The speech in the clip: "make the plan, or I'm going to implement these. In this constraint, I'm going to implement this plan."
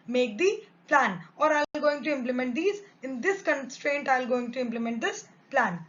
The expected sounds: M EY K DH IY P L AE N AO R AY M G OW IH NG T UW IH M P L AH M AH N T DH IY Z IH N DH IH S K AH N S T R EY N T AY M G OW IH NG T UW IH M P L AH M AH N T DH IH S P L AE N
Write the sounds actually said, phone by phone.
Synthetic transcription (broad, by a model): M EY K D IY P L AE N AO R AY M G OW IH NG T UW IH M P L AH M AH N T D IY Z IH N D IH S K AH N S T R EY N T AY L G OW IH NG T UW IH M P L AH M AH N T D IH S P L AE N